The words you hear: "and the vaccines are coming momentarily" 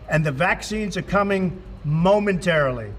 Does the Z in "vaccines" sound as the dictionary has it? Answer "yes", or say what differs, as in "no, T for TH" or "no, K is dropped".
yes